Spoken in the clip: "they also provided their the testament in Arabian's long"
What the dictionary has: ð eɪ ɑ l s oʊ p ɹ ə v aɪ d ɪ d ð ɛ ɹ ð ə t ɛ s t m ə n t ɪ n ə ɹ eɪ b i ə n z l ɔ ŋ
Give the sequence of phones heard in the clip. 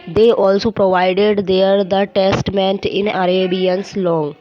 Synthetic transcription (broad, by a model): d eɪ ɑ l s oʊ p ɹ ə v aɪ d ɪ d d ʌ ɹ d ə t ɛ s t m ə n t ɪ n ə ɹ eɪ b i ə n s l ɔ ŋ